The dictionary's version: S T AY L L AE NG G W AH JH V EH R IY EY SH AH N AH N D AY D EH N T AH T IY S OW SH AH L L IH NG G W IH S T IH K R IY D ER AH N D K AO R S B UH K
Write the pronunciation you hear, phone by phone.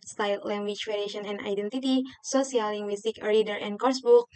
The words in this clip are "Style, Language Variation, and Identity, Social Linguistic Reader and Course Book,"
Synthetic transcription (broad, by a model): S T AY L L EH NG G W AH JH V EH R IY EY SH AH N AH N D AY D EH N T AH T IY S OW S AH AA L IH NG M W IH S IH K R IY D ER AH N K AO R S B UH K